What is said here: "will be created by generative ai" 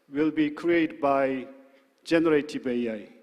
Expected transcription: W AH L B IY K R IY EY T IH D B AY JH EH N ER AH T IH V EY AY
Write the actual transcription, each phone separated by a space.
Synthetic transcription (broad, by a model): W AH L B IY K R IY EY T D B AY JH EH N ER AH T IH B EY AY